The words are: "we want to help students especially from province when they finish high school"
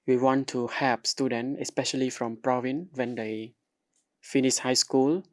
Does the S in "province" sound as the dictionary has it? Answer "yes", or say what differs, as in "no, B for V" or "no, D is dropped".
no, S is dropped